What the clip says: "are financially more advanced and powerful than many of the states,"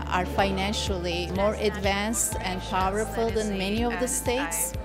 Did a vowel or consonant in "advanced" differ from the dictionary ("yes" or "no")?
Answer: no